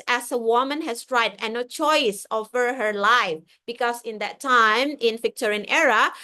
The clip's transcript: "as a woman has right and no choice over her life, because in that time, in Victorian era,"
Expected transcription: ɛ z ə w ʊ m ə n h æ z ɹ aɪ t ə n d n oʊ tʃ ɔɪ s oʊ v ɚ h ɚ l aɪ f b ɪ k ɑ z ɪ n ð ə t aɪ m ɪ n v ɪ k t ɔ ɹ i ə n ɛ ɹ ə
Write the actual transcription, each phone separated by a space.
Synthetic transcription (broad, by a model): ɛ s ə w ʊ m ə n h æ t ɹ aɪ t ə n n oʊ tʃ ɔɪ s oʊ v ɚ h ɚ l aɪ f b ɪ k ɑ s ɪ n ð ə t aɪ m ɪ n f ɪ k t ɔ ɹ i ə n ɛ ɹ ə